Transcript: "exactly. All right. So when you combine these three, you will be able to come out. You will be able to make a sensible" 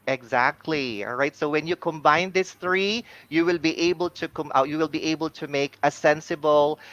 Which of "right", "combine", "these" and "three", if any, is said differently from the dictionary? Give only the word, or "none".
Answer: these